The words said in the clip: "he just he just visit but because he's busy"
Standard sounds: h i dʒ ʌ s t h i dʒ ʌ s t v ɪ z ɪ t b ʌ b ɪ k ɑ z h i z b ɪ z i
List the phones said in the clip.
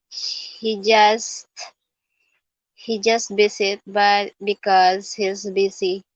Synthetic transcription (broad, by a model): h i dʒ ʌ s t h i dʒ ʌ s t b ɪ s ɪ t b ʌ b ɪ k ɑ z h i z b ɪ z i